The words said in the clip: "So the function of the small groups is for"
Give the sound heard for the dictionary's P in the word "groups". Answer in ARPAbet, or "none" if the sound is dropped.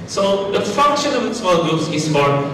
none